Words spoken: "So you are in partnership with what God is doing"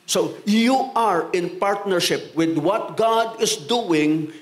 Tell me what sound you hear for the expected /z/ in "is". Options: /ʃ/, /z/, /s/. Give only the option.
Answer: /s/